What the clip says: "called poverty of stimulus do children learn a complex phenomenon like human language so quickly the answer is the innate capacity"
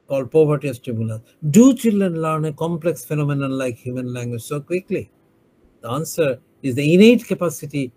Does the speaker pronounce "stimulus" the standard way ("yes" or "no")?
no